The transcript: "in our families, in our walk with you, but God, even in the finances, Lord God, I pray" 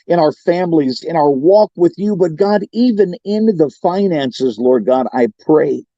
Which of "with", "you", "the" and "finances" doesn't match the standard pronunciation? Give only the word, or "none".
none